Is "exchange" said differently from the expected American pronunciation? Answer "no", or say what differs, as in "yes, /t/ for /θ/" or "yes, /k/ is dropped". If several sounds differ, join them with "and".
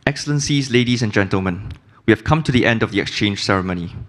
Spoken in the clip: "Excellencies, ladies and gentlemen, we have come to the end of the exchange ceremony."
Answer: no